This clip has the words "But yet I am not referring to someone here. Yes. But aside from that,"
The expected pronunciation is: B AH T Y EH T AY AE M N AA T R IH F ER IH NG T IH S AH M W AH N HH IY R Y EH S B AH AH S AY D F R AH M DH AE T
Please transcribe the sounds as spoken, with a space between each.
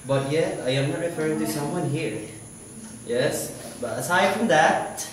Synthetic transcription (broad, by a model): B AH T Y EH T AY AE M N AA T R IH F ER IH NG T IH S AH M W AH N HH IY R Y EH S B AH AH S AY D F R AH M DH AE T